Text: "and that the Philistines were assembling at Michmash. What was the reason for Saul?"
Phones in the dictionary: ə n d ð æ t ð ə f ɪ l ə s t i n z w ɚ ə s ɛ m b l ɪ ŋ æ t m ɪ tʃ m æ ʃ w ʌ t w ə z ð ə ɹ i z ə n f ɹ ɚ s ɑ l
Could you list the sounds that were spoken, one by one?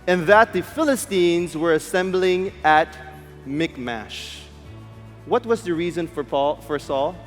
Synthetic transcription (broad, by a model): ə n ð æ t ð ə f ɪ l ə s t i n z w ɚ ə s ɛ m b l ɪ ŋ æ t m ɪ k m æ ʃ w ʌ t w ə z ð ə ɹ i z ə n f ɹ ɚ s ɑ l